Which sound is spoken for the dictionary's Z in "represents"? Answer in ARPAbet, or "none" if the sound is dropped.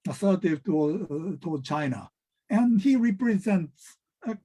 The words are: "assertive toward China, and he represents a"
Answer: Z